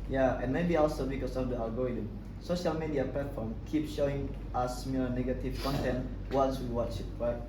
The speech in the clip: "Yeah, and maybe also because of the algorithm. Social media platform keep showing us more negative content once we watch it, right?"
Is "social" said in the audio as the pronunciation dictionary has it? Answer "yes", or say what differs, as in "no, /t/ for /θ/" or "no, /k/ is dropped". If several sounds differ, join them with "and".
yes